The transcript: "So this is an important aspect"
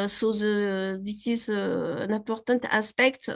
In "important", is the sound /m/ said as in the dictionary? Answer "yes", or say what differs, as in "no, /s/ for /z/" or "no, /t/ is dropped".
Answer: no, /m/ is dropped